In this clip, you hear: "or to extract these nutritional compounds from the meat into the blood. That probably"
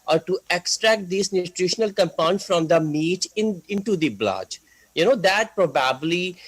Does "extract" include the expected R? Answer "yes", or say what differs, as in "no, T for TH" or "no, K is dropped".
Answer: yes